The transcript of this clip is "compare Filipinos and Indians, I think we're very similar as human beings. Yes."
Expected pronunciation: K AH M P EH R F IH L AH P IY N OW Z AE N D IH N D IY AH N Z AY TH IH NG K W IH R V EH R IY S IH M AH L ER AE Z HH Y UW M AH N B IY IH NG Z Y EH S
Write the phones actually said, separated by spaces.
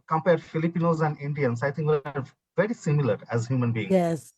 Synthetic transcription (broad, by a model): K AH M P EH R F IH L AH P IY N OW Z AE N D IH N D IY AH N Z AY T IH NG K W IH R V EH R IY S IH M AH L ER AE Z HH Y UW M AH N B IY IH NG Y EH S